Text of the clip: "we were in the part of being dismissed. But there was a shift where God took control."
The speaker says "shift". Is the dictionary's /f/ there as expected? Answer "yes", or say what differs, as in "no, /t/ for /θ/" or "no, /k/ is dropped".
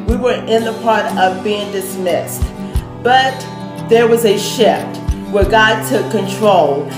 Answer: yes